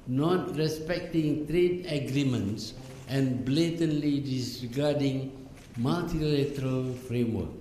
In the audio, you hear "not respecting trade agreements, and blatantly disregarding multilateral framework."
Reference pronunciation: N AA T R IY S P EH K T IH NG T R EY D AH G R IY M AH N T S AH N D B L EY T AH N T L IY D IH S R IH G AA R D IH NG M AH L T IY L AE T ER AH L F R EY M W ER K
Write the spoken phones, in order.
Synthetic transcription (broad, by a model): N AA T R IY S P EH K T IH NG T R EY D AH G R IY M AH N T S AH N B L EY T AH N L IY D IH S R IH G AA D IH NG M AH L T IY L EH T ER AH L F R EY M W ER K